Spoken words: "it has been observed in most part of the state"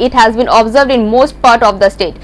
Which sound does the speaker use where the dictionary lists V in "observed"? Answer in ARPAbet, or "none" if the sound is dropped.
V